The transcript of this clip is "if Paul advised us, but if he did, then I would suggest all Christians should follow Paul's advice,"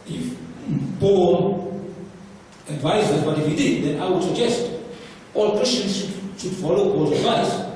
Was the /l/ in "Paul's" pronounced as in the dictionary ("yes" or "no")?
no